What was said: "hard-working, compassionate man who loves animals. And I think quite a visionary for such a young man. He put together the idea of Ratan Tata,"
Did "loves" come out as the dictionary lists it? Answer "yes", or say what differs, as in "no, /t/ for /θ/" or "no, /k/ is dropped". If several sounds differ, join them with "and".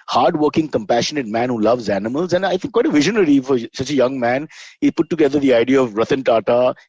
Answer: yes